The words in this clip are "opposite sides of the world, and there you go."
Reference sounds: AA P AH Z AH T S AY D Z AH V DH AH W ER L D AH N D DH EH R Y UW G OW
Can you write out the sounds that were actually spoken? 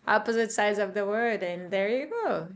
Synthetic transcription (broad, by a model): AA P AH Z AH T S AY D Z AH V DH AH W ER D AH N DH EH R Y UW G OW